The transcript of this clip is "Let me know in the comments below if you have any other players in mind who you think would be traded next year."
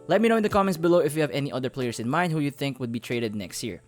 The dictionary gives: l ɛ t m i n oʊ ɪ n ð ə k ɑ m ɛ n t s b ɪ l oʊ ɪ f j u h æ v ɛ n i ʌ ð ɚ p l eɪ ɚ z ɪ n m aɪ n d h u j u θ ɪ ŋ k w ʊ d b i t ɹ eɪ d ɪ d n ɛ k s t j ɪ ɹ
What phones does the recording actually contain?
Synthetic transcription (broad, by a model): l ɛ t m i n oʊ ɪ n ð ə k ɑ m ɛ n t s b ɪ l oʊ ɪ f j u h æ v ɛ n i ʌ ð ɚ p l eɪ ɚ s ɪ n m aɪ n d h u j u θ ɪ ŋ k w ʊ d b i t ɹ eɪ d ɪ d n ɛ k s t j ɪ ɹ